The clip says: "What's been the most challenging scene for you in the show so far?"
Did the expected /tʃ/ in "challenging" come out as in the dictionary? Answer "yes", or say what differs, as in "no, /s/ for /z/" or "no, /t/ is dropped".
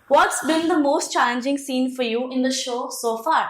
yes